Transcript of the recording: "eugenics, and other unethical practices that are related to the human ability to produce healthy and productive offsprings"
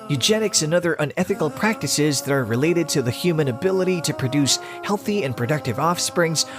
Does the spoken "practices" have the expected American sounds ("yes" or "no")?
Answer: yes